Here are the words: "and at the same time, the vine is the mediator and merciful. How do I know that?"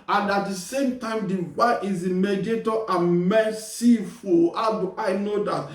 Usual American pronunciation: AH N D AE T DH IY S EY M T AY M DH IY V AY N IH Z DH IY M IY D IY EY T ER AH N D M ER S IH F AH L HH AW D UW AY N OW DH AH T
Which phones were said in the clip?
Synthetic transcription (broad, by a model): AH N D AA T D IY S EY M T AY M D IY W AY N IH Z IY M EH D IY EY T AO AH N M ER S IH F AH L HH AW D UW AY N OW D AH T